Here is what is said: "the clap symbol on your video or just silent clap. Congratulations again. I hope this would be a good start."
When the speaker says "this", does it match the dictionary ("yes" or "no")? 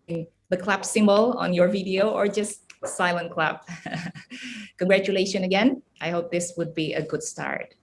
yes